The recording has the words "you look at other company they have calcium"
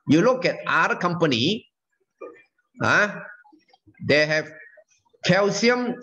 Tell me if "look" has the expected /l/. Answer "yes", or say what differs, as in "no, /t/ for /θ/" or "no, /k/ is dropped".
yes